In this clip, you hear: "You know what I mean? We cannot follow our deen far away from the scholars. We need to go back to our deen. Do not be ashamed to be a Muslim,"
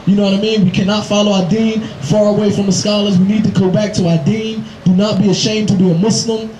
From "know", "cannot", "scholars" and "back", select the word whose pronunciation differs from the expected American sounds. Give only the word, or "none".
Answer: none